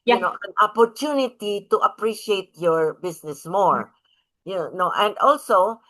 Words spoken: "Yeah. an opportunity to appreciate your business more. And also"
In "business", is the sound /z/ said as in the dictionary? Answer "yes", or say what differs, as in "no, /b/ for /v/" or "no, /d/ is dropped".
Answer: no, /s/ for /z/